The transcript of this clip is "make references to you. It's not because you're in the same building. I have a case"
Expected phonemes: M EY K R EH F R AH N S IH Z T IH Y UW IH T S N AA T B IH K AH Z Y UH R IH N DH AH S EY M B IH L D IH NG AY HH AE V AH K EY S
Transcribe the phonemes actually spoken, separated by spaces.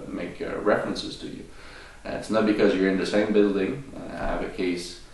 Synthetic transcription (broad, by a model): M EY K R EH F R AH N S IH Z T IH Y UW IH T S N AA T B IH K AH Z Y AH R IH N DH AH S EY M B IH L D IH NG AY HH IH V AH K EY S